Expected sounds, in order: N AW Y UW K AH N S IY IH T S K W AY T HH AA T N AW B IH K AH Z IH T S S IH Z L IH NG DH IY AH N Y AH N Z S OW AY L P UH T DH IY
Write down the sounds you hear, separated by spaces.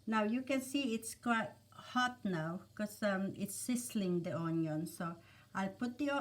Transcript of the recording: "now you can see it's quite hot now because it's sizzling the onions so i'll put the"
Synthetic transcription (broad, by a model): N AW Y UW K AH N S IY IH T S K W AY T HH AA T N AW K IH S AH IH T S S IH S L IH NG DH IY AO N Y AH N S OW AY L P UH T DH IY